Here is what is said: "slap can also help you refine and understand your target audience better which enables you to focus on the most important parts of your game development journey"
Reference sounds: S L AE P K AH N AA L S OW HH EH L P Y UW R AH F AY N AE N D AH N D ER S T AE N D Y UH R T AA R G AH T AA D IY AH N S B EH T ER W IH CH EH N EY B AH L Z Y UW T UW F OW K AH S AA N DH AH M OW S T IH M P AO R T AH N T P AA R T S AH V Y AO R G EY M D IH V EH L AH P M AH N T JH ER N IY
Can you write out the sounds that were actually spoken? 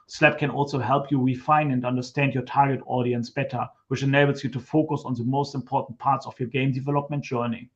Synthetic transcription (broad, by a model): S L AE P K AH N AA L S OW HH EH L P Y UW R AH F AY N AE N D AH N D ER S T AE N D Y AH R T AA R G AH T AA D IY AH N S B EH T ER W IH CH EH N EY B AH L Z Y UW T UW F OW K AH S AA N DH AH M OW S T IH M P AO R T N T P AA R T S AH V Y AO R G EY M D IH V EH L AH P M AH N T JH ER N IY